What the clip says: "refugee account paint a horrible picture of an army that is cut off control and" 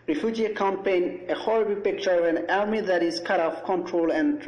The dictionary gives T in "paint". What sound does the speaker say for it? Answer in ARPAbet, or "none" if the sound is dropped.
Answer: none